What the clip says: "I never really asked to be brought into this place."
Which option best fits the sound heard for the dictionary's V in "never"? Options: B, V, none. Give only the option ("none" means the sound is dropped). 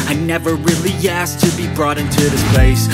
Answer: V